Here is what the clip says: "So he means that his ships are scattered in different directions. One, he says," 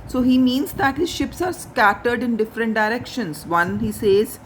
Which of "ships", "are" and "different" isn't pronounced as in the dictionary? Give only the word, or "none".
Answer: none